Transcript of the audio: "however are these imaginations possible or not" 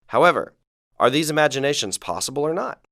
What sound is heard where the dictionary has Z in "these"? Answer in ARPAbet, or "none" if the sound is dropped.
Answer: Z